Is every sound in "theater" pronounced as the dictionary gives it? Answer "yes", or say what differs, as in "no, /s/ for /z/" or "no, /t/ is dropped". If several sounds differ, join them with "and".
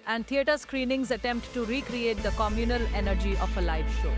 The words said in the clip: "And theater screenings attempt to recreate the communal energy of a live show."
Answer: no, /t/ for /θ/